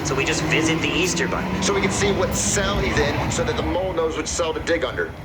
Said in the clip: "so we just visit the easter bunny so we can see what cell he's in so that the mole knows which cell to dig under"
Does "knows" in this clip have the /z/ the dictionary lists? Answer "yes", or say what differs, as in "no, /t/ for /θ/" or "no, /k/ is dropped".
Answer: yes